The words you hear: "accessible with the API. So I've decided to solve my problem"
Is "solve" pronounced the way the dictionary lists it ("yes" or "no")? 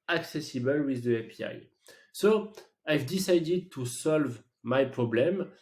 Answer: yes